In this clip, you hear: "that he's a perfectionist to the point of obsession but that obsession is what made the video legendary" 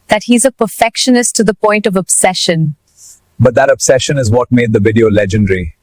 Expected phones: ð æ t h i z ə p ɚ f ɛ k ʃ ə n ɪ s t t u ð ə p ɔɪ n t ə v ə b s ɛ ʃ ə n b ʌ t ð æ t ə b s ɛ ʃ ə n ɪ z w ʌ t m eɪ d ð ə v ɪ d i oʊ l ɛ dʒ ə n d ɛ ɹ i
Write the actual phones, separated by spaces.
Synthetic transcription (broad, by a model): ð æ t h i z ə p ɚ f ɛ k ʃ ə n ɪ s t t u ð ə p ɔɪ n t ə v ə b s ɛ ʃ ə n b ʌ t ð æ t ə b s ɛ ʃ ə n ɪ z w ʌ t m eɪ d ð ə v ɪ d i oʊ l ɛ dʒ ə n d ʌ ɹ i